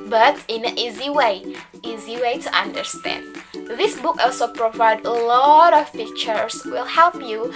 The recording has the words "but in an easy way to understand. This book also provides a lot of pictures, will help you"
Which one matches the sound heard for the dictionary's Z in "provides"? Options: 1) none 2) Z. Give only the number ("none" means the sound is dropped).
1